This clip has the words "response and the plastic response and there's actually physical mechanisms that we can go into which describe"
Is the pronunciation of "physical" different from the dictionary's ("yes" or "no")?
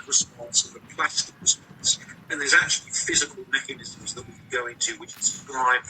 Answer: no